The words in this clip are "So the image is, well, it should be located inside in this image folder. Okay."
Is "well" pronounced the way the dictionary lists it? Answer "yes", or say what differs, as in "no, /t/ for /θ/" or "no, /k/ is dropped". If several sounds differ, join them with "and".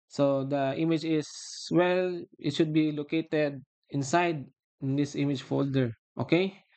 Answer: yes